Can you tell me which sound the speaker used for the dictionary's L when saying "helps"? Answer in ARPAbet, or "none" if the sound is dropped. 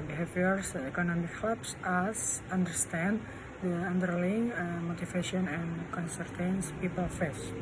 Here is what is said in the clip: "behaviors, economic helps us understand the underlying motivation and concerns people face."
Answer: none